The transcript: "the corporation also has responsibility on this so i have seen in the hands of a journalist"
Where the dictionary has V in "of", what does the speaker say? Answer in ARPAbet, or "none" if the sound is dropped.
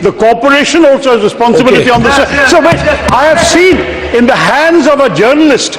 V